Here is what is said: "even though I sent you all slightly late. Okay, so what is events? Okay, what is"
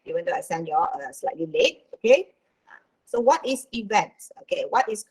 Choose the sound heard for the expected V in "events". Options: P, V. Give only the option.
V